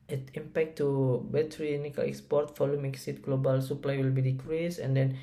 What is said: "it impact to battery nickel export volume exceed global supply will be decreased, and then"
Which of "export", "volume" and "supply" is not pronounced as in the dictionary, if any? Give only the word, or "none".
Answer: volume